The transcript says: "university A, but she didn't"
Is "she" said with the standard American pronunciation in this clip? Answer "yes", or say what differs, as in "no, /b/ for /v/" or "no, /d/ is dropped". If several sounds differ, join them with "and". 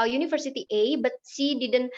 no, /s/ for /ʃ/